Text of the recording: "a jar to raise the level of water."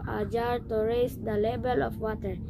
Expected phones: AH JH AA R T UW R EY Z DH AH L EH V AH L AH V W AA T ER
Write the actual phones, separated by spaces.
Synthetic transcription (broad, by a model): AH JH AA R T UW R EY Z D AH L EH B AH L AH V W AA T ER